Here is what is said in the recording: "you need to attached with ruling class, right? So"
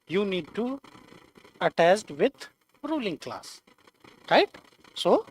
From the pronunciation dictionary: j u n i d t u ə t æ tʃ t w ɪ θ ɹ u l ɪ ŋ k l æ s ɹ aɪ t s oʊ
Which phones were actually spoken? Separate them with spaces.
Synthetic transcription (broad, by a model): j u n i d t u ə t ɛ s t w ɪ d ɹ u l ɪ ŋ k l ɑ s ɹ aɪ t s oʊ